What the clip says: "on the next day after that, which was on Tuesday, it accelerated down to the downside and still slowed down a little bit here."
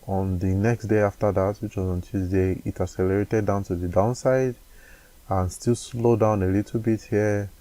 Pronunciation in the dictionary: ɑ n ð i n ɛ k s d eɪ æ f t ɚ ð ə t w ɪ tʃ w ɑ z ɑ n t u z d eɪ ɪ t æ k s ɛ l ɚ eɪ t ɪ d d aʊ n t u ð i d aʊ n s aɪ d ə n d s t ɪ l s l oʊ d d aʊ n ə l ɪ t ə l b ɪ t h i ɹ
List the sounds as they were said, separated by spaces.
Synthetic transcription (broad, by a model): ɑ n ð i n ɛ k s d eɪ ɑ f t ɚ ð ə t w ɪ tʃ w ɑ z ɑ n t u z d eɪ ɪ t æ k s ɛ l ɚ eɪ t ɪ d d aʊ n t u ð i d aʊ n s aɪ d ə n s t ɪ l s l oʊ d d aʊ n ə l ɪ t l b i t h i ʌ